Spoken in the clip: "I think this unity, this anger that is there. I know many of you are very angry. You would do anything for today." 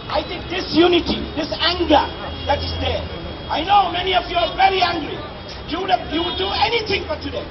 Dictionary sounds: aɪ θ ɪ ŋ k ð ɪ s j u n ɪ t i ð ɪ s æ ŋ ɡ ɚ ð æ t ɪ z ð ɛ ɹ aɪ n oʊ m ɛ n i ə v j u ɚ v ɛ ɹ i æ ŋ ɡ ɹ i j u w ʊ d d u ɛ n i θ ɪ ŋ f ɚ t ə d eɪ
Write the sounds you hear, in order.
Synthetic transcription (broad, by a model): aɪ t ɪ k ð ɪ s j u n ɪ t i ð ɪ s æ ŋ ɡ ɚ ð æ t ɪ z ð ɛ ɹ aɪ n oʊ m ɛ n i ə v j u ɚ v ɛ ɹ i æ ŋ ɡ ɹ i j u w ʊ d d u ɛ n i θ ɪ ŋ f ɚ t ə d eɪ